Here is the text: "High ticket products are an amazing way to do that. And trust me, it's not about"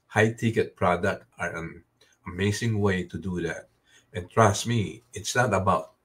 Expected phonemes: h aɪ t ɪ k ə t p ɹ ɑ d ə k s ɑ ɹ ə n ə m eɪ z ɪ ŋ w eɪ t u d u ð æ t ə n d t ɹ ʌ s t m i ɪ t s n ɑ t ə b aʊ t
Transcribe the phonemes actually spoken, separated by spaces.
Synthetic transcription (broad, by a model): h aɪ t ɪ k ə t p ɹ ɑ d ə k ɑ ɹ ə n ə m eɪ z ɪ ŋ w eɪ t u d u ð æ t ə n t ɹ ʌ s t m i ɪ t s n ɑ t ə b aʊ t